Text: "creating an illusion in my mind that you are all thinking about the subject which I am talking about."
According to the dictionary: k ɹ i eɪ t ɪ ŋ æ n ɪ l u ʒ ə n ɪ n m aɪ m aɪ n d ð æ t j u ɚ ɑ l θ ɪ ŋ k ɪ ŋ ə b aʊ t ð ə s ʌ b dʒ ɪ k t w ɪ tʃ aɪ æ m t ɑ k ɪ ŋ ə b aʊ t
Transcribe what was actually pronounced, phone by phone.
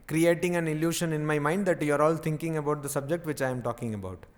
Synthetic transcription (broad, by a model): k ɹ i eɪ t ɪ ŋ æ n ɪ l u ʃ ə n ɪ n m aɪ m aɪ n d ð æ t j u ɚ ɑ l t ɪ ŋ k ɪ ŋ ə b aʊ t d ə s ʌ b dʒ ɪ k t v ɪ tʃ aɪ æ m t ɑ k ɪ ŋ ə b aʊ t